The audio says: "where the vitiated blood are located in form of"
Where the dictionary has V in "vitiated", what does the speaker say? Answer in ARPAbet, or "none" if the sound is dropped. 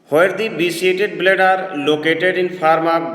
B